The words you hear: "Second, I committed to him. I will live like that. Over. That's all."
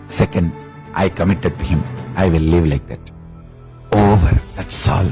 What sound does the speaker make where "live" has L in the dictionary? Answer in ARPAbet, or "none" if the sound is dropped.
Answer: L